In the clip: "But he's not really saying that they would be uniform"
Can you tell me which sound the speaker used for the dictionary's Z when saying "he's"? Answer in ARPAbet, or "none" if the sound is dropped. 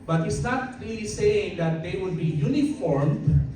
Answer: S